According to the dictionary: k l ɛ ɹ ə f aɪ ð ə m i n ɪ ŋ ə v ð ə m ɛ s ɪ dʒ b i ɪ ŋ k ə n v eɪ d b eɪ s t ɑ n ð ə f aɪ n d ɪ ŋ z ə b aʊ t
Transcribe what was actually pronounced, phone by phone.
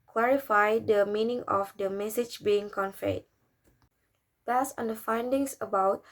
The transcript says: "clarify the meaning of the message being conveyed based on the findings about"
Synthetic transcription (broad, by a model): k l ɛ ɹ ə f aɪ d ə m i n ɪ ŋ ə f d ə m ɛ s ɪ dʒ b i ɪ ŋ k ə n f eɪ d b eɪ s ɑ n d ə f aɪ n d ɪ ŋ s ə b aʊ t